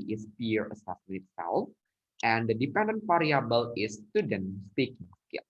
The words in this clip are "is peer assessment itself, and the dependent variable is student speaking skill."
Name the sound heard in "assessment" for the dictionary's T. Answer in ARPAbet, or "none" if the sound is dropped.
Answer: none